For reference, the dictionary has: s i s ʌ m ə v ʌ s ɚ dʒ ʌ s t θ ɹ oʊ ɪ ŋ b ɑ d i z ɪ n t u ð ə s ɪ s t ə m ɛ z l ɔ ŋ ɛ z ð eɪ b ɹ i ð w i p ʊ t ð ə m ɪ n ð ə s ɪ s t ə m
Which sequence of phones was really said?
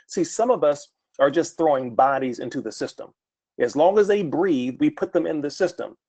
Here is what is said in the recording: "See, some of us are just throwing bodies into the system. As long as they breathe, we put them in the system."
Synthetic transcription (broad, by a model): s i s ʌ m ə v ʌ s ɚ dʒ ʌ s t θ ɹ oʊ ɪ ŋ b ɑ d i z ɪ n t u ð ə s ɪ s t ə m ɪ z l ɔ ŋ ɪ z ð eɪ b ɹ i ð w i p ʊ t ð ə m ɪ n ð ə s ɪ s t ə m